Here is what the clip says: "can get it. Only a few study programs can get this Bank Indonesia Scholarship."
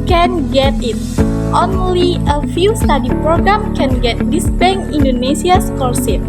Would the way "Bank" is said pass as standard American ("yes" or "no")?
no